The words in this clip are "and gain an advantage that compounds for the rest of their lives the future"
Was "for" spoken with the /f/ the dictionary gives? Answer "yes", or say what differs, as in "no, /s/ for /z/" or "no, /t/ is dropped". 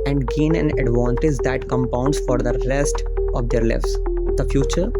yes